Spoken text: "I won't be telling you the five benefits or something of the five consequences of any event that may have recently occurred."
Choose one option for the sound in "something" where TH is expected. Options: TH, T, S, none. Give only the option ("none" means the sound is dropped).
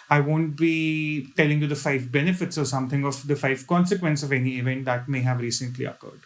T